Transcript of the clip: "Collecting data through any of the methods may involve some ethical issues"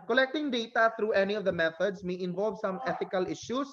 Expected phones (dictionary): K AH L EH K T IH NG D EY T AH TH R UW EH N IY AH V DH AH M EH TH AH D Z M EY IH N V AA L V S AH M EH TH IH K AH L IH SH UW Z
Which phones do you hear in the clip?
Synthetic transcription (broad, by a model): K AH L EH K T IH NG D EY T AH T R UW EH N IY AH V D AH M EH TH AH D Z M EY IH N V AA L V S AH M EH T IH K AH L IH SH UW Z